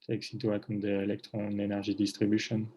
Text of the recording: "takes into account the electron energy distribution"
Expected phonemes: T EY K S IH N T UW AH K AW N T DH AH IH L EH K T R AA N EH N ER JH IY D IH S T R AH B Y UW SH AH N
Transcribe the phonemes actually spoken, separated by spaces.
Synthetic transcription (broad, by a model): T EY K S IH T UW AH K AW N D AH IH L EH K T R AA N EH N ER ZH IY D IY S T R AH B Y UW SH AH N